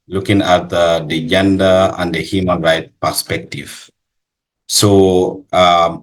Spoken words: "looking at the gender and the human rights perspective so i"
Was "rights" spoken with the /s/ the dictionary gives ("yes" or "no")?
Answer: no